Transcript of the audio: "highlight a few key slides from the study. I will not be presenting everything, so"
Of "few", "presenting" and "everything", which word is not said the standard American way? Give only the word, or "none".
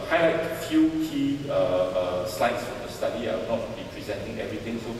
everything